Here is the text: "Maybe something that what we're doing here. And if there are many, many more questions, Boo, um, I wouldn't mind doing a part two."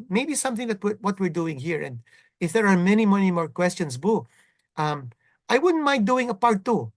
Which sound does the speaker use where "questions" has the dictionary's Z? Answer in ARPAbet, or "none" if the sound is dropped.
S